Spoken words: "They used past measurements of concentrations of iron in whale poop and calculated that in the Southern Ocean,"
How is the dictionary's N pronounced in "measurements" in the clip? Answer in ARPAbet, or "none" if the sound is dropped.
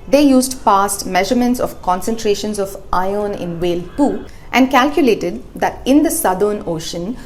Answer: N